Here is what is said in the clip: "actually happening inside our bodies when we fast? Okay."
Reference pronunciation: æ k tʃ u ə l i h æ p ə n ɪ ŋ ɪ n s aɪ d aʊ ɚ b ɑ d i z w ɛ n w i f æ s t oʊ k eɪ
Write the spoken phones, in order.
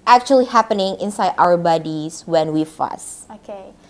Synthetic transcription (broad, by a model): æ k tʃ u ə l i h æ p ə n ɪ ŋ ɪ n s aɪ d aʊ ɚ b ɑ d i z w ɛ n w i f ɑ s oʊ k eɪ